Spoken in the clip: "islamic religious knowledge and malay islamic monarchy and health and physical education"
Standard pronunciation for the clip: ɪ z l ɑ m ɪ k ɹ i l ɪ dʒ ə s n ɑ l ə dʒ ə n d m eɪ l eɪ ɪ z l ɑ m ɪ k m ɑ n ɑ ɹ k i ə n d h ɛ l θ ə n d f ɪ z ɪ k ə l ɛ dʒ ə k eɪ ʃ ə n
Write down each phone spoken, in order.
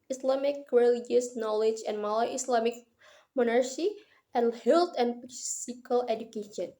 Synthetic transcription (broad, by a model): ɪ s l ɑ m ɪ k ɹ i l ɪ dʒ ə s n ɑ l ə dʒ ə n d m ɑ l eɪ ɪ s l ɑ m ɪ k m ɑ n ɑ ɹ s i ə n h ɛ l t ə n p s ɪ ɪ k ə l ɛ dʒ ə k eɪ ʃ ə n